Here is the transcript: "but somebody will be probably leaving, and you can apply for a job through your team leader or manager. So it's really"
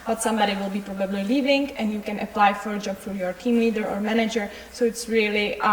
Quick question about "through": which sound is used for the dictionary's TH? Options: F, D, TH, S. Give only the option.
F